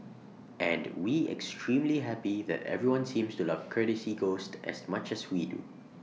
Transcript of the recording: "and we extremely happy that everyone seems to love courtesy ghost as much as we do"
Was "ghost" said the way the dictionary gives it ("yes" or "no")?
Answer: yes